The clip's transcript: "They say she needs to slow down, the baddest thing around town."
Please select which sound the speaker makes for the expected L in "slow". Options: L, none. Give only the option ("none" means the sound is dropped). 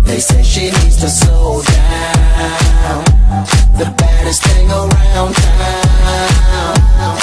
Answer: none